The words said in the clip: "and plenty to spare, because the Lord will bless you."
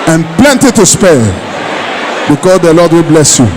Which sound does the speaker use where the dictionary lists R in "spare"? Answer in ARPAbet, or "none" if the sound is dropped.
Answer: L